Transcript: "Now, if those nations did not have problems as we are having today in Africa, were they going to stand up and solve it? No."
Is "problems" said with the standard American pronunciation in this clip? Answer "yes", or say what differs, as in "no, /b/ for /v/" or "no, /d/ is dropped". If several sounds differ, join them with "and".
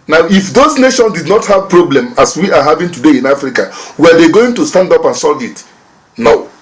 no, /z/ is dropped